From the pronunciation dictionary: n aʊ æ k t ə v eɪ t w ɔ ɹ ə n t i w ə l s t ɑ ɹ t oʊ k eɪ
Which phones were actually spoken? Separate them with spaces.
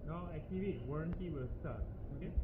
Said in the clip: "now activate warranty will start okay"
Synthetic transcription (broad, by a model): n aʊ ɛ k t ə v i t w ɔ ɹ ə n t i w ə l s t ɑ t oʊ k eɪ